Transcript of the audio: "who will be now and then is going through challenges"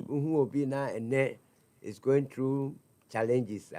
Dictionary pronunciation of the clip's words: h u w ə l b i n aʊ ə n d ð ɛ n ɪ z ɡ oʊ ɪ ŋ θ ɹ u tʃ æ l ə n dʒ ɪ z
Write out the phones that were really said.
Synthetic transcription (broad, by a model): h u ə b i n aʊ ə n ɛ ɪ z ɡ oʊ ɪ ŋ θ ɹ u tʃ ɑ l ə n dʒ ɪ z